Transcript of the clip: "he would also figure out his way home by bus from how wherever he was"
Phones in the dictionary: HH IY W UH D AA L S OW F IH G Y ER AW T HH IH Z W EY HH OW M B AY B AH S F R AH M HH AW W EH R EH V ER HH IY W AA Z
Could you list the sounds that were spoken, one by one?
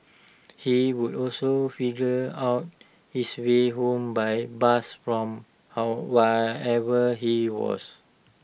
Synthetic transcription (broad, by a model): HH IY W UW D AA L S OW F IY G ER AW T HH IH S W EY HH OW M B AY B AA S F R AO M HH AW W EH EH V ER HH IY W AA S